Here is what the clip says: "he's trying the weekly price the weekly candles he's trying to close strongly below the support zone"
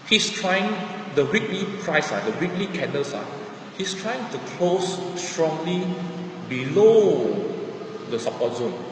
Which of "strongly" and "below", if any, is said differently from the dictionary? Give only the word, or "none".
none